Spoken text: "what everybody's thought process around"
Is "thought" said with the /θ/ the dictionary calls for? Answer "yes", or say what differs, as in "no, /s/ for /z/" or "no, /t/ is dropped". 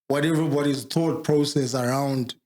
no, /t/ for /θ/